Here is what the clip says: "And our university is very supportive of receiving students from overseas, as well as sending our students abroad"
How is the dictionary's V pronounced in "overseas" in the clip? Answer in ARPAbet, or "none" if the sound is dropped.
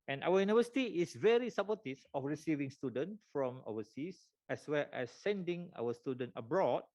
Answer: W